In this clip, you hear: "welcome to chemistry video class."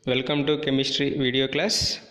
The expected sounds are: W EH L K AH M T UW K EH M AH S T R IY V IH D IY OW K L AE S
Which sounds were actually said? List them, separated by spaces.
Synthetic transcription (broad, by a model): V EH L K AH M T UW K EH M AH S T R IY V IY D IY OW K L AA S